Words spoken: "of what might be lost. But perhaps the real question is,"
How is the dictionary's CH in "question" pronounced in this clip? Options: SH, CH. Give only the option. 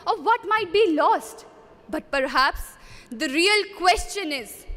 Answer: CH